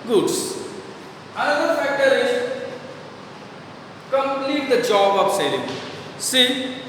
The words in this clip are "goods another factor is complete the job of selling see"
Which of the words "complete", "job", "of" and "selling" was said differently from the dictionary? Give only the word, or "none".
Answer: of